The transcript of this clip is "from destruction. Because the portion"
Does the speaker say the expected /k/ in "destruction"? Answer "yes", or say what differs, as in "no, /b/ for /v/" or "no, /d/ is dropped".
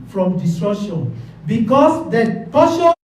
no, /k/ is dropped